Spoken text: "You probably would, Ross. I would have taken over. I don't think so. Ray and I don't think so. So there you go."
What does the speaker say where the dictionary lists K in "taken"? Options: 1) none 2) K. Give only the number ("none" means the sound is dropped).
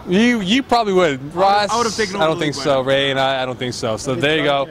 1